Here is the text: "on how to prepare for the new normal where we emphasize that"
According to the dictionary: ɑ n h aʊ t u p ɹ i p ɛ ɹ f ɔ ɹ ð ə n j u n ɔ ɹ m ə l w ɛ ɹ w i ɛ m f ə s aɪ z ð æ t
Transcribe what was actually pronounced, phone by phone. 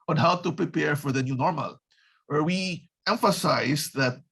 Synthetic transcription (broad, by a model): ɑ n h aʊ t u p ɹ i p ɛ ɹ f ɔ ɹ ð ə n j u n ɔ ɹ m ə l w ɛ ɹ w i ɛ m f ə s aɪ s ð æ t